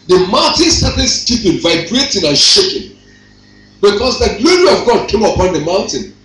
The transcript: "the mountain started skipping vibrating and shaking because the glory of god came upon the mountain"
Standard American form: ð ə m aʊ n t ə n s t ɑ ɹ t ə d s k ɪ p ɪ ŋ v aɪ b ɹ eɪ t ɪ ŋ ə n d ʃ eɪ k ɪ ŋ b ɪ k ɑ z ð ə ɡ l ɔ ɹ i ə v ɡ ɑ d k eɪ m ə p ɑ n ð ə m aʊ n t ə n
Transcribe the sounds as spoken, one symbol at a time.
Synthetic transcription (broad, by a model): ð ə m aʊ n t ə n s t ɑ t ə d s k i p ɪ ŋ v aɪ b ɹ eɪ t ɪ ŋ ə n ʃ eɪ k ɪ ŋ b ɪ k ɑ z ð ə ɡ l ɔ ɹ i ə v ɡ ɑ d k eɪ m ə p ɑ n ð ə m aʊ n t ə n